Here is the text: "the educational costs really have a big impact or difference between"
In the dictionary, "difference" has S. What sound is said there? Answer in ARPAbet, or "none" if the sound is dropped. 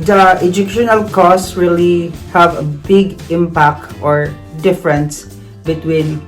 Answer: S